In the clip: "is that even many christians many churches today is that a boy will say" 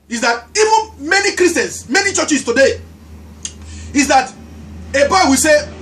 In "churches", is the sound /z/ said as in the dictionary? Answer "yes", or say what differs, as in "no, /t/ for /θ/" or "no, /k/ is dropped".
no, /s/ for /z/